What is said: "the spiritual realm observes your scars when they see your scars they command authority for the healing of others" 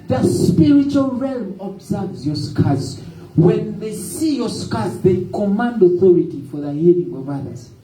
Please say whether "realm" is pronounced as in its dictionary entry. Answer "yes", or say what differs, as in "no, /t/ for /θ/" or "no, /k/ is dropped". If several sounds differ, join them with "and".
yes